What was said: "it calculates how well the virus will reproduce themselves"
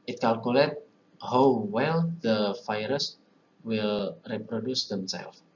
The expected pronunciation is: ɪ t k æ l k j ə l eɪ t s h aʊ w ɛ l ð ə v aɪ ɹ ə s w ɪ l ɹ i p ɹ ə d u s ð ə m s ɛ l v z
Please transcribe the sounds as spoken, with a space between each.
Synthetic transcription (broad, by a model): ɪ t k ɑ l k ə l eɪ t h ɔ w ɛ l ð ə f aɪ ɹ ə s w ɪ l ɹ i p ɹ ə d u s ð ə m s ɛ l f